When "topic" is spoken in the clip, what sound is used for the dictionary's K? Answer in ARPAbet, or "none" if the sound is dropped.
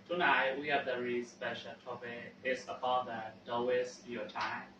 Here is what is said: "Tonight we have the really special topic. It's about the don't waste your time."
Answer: none